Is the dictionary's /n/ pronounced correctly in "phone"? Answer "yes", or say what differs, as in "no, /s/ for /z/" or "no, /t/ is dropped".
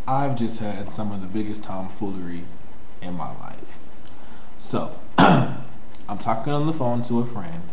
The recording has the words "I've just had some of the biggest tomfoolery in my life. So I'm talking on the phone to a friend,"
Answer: yes